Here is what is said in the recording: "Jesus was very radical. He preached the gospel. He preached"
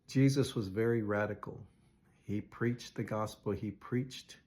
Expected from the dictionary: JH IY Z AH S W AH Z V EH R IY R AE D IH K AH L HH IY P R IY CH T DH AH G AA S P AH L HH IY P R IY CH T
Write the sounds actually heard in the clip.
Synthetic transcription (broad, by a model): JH IY Z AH S W AH Z V EH R IY R AE D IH K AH L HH IY P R IY CH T DH AH G AA S P L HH IY P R IY CH T